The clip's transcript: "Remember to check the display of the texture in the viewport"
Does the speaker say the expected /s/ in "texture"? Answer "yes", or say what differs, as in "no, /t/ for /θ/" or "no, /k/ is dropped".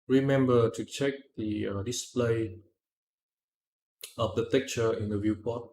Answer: no, /s/ is dropped